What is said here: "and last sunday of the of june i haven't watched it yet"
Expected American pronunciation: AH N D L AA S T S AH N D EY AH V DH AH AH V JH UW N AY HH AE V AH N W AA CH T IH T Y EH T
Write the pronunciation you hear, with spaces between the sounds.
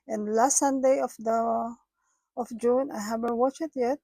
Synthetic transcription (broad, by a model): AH N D L AA S T S AH N D EY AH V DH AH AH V JH UW N AY HH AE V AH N W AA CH IH T Y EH T